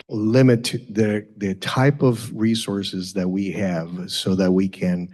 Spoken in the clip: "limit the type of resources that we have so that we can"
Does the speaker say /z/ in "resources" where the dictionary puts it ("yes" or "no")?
yes